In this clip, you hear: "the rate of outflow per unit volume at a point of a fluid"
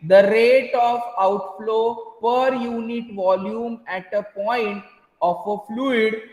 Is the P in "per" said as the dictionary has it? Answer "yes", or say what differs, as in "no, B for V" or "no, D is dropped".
yes